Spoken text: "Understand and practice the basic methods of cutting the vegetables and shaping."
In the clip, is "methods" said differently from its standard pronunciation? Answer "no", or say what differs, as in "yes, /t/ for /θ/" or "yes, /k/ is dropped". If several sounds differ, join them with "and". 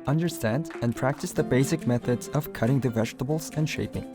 no